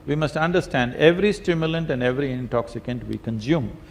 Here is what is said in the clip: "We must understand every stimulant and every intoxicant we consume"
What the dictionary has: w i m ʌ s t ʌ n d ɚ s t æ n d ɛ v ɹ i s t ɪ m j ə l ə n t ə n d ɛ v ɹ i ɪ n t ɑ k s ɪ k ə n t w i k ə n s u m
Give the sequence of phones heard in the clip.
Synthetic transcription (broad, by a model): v i m ʌ s t ʌ n d ɚ s t æ n d ɛ v ɹ i s t ɪ m j ə l ə n t ə n d ɛ v ɹ i ɪ n t ɑ k s ɪ k ə n t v i k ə n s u m